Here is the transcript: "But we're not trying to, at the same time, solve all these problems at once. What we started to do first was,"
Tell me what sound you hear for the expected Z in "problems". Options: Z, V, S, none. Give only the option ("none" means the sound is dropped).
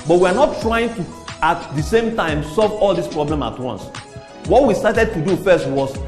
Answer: none